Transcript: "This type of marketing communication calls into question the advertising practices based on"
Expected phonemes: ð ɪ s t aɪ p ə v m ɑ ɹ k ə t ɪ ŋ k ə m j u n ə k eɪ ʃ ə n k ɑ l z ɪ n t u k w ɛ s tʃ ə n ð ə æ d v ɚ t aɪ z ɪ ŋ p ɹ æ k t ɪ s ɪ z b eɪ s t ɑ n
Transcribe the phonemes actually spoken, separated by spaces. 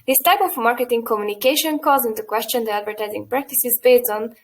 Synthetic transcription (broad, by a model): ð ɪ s t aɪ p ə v m ɑ ɹ k ə t ɪ ŋ k ə m j u n ə k eɪ ʃ ə n k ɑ z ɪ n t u k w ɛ s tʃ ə n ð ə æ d v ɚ t aɪ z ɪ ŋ p ɹ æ k t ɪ s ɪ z b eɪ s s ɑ n